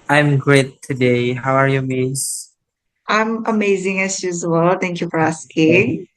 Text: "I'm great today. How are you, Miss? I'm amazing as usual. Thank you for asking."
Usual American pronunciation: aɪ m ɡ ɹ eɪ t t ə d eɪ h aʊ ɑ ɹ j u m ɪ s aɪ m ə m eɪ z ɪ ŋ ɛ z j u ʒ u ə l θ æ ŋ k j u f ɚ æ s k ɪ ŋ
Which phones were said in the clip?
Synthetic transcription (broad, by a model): aɪ m ɡ ɹ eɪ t t ə d eɪ h aʊ ɑ ɹ j u m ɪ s aɪ m ə m eɪ z ɪ ŋ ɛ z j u z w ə l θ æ ŋ k j u f ɚ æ s k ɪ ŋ